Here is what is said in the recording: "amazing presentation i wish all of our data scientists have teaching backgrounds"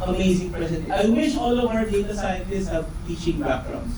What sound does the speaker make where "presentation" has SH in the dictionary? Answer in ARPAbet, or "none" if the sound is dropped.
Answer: none